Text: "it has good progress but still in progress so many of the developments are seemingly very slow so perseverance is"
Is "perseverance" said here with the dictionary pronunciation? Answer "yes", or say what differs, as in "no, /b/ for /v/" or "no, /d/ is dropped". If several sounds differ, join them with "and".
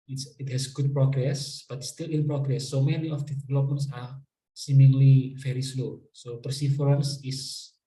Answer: no, /f/ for /v/